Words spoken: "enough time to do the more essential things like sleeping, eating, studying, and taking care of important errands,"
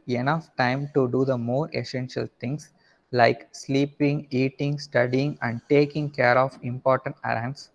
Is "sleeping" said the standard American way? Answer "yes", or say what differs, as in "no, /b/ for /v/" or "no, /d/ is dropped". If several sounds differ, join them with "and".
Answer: yes